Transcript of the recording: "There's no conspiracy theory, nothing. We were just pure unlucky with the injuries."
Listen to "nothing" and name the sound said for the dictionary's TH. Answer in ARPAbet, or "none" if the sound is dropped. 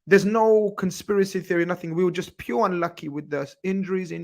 TH